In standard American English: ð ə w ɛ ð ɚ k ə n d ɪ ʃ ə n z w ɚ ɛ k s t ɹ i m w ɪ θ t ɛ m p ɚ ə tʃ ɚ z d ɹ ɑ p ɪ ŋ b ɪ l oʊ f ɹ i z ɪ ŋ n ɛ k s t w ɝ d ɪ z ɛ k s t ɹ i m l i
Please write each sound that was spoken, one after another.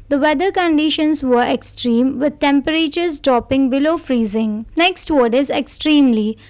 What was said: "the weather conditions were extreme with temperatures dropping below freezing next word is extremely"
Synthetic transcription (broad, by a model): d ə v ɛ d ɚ k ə n d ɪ ʃ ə n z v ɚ ɛ k s t ɹ i m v ɪ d t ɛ m p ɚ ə tʃ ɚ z d ɹ ɑ p ɪ ŋ b ɪ l oʊ f ɹ i z ɪ ŋ n ɛ k s t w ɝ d ɪ z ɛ k s t ɹ i m l i